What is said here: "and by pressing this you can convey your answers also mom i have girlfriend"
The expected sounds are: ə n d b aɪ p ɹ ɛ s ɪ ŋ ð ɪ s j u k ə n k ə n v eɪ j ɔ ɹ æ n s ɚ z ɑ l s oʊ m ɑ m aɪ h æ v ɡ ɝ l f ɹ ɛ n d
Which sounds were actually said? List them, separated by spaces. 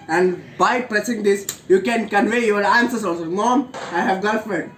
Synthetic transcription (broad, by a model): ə n d b aɪ p ɹ ɛ s ɪ ŋ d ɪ s j u k ə n k ə n v eɪ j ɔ ɹ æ n s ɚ s ɑ l s oʊ m ɑ m aɪ h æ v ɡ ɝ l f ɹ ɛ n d